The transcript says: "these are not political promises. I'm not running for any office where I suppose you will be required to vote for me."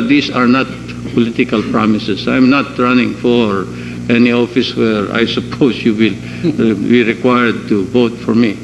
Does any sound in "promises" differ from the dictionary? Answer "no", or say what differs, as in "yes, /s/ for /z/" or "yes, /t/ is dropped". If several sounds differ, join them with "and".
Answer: yes, /s/ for /z/